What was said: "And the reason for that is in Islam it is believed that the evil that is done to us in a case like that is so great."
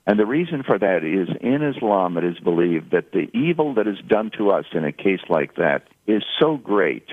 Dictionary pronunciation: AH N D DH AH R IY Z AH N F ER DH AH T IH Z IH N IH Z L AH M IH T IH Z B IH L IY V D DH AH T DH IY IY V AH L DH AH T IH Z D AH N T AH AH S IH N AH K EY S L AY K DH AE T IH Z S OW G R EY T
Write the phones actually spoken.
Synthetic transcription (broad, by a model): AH N DH AH R IY Z AH N F ER DH AH T IH Z IH N IH Z L AH M IH T IH Z B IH L IY V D DH AH T DH IY IY V L DH AH T IH Z D AH N T AH AH S IH N AH K EY S L AY K DH AE T IH Z S OW G R EY T